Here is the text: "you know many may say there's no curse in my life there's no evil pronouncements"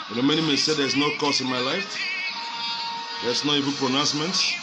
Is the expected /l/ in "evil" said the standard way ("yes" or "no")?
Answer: no